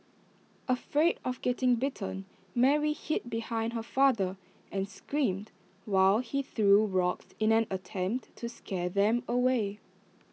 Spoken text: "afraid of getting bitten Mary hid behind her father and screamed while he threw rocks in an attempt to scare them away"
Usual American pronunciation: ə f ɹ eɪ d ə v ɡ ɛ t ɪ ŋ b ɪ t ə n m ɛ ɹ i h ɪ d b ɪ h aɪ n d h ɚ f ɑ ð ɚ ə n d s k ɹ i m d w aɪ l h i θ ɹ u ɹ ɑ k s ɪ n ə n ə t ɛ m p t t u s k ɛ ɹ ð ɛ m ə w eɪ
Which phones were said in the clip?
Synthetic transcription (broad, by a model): ə f ɹ eɪ d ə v ɡ ɛ t ɪ ŋ b ɪ t ə n m ɛ ɹ i h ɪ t b ɪ h aɪ n d h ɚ f ɑ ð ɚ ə n s k ɹ i m d w aɪ l h i θ ɹ u ɹ ɑ k s ɪ n ə n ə t ɛ m p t t u s k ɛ ð ɛ m ə w eɪ